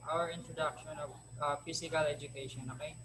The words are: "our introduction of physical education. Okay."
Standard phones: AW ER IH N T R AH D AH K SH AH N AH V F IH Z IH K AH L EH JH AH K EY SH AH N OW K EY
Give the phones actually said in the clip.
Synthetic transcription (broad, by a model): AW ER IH N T R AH D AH K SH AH N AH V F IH S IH K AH L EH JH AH K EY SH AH N OW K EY